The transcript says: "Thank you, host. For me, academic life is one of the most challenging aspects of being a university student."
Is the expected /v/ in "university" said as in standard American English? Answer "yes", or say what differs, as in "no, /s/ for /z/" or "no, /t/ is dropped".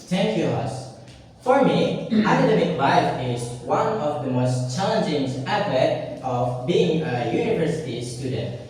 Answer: yes